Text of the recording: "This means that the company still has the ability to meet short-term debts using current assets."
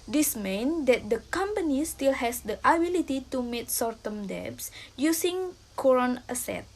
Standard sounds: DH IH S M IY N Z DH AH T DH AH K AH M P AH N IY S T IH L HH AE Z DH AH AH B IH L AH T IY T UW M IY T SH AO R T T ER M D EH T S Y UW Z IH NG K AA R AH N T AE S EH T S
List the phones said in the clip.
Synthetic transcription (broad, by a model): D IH S M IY N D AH T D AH K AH M P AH N IY S T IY L HH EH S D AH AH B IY L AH T IY T UW M IY T S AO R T T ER M D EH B S Y UW S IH NG K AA R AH N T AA S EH T